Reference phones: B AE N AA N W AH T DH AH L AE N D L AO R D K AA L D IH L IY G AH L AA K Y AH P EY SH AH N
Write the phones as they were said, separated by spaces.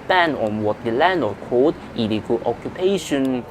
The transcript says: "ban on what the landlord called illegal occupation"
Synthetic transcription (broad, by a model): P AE N AA N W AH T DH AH L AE N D AO K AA D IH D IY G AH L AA K Y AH P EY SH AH N